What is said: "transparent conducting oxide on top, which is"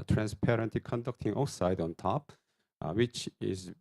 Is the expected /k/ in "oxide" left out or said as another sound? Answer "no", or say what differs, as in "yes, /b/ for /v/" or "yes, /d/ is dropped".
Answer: yes, /k/ is dropped